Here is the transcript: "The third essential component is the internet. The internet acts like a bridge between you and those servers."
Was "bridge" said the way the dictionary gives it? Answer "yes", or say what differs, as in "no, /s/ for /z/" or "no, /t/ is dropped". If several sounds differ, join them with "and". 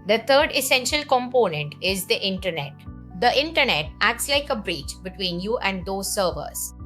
no, /tʃ/ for /dʒ/